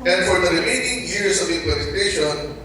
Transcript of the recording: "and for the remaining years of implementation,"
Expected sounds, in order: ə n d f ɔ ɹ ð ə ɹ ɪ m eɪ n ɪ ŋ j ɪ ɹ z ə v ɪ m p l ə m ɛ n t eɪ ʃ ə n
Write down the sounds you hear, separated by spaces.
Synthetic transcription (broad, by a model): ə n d f ɔ ɹ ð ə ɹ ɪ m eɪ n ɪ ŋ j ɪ ɹ s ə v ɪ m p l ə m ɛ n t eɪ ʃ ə n